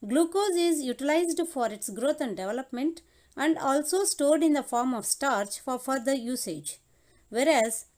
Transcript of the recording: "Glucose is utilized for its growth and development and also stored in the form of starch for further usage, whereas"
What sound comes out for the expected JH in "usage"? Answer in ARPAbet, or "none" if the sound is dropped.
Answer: JH